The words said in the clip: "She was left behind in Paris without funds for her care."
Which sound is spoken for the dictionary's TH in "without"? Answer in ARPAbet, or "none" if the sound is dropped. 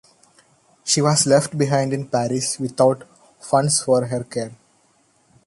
T